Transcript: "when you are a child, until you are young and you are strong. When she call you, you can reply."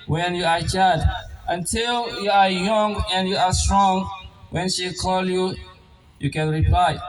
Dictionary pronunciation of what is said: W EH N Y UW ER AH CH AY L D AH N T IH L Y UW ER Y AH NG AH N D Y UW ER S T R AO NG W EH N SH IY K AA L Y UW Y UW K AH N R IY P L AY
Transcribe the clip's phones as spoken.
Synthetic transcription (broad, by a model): W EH N Y UW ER AH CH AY D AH N T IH L Y UW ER Y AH NG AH N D Y UW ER S T R AO NG W EH N SH IY K AA L Y UW Y UW K AH N R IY P L AY